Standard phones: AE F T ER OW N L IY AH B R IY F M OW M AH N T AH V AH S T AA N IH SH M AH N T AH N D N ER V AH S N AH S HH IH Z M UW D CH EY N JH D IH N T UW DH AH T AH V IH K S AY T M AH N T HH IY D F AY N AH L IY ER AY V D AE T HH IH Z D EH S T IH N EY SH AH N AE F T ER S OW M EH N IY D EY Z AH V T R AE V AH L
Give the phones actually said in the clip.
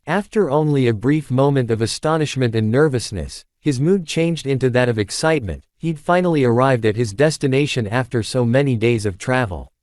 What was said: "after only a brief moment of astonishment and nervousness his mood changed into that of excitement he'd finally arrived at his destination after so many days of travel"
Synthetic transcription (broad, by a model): AE F T ER OW N L IY AH B R IY F M OW M AH N T AH V AH S T AA N IH SH M AH N T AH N N ER V AH S N AH S HH IH Z M UW D CH EY N JH D IH N T UW DH AH T AH V IH K S AY T M AH N T HH IY D F AY N L IY ER AY V D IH T HH IH Z D EH S T IH N EY SH AH N AE F T ER S OW M EH N IY D EY Z AH V T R AE V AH L